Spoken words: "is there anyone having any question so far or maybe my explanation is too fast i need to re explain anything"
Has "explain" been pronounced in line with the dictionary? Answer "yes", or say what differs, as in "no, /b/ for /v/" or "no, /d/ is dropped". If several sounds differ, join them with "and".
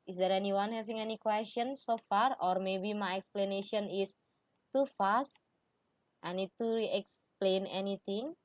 yes